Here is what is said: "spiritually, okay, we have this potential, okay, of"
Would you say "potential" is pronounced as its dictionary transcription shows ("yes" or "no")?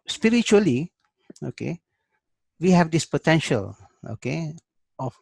yes